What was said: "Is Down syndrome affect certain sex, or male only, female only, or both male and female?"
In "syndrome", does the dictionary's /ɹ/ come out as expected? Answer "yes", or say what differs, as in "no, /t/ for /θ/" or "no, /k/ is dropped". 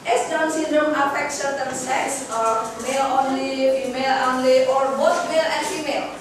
no, /ɹ/ is dropped